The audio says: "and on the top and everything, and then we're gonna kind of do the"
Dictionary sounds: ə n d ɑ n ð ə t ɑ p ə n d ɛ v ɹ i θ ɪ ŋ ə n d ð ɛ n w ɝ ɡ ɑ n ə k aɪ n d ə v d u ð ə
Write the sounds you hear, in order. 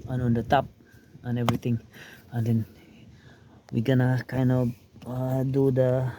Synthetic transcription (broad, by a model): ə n ɑ n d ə t ɑ p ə n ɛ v ɹ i t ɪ ŋ ə n d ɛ n w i ɡ ɑ n ə k aɪ n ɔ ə d u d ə